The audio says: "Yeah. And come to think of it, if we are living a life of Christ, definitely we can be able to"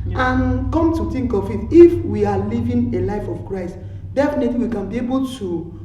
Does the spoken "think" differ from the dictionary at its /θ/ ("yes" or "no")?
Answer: yes